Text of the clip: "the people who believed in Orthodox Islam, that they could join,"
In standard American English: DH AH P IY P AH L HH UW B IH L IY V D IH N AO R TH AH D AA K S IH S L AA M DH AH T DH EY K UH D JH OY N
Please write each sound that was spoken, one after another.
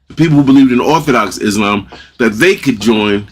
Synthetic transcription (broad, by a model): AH P IY P L HH UW B IH L IY V D IH N AO R TH AH D AA K S IH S L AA M DH AH T DH EY K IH D JH OY N